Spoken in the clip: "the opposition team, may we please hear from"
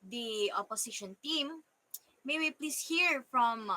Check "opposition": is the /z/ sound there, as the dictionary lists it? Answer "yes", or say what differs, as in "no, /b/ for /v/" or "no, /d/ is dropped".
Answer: no, /s/ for /z/